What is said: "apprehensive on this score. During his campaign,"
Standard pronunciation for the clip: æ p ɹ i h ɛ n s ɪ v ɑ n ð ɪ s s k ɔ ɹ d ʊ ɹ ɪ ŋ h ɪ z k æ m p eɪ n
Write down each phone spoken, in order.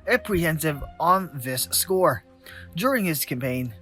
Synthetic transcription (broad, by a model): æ p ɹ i h ɛ n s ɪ v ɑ n ð ɪ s s k ɔ ɹ d ʊ ɹ ɪ ŋ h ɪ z k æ m p eɪ n